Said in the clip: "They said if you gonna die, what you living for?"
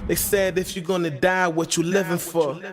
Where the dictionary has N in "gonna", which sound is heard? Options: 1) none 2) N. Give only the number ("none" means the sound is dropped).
2